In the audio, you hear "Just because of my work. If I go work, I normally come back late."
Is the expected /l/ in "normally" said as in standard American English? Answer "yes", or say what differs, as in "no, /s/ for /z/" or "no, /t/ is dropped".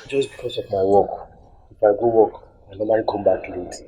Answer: no, /l/ is dropped